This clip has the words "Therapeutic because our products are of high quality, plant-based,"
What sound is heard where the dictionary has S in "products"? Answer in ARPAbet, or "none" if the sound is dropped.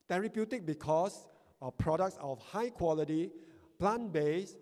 S